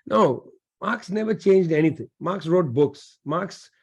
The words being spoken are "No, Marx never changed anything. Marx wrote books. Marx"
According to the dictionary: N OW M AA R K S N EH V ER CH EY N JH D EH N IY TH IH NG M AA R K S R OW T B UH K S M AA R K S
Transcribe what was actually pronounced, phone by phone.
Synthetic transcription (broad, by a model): N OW M AA R K S N EH V ER CH EY N JH D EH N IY T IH NG M AA R K S R OW T B UH K S M AA R K S